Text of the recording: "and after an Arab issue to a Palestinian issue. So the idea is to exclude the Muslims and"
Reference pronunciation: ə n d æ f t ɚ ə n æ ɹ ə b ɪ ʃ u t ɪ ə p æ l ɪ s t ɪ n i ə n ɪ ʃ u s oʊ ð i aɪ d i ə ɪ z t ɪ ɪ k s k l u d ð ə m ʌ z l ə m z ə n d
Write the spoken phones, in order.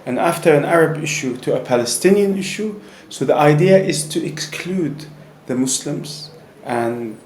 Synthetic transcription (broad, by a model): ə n æ f t ɚ ə n æ ɹ ə b ɪ ʃ u t ɪ ə p æ l ɪ s t ɪ n i ə n ɪ ʃ u s oʊ ð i aɪ d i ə ɪ z t ɪ ɪ k s k l u d ð ə m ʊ s l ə m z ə n